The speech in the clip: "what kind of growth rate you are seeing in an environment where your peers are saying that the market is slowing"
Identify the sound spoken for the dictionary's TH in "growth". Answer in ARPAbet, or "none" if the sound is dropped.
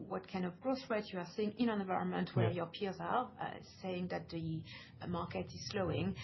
S